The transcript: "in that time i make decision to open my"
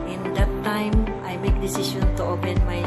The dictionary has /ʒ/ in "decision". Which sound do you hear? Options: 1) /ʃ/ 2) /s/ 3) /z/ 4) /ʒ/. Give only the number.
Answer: 1